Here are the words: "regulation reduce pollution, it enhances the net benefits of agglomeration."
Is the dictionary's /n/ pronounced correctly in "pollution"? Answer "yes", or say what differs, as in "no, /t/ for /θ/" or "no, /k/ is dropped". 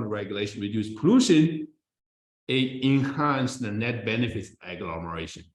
yes